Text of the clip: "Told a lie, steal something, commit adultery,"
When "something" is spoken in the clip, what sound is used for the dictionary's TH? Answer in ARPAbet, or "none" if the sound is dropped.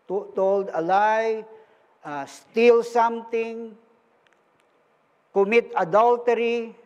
T